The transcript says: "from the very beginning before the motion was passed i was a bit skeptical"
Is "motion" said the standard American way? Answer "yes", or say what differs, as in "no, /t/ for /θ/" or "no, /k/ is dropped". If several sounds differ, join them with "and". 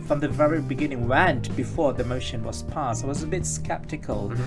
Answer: yes